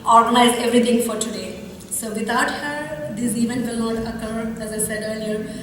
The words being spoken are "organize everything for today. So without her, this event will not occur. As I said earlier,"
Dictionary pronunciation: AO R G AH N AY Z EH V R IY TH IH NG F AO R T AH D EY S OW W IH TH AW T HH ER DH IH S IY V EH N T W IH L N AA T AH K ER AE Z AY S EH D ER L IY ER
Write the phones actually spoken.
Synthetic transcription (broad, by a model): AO R G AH N AY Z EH V R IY T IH NG F AO R T AH D EY S OW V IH T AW T HH ER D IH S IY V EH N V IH L N AA T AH K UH AE Z AY S EH D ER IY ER